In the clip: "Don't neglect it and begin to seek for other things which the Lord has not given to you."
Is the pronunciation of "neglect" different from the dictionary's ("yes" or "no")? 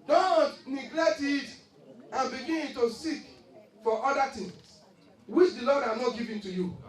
no